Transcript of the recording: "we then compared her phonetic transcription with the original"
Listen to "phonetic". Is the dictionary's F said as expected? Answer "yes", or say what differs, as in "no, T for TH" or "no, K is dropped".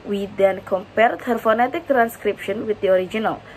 yes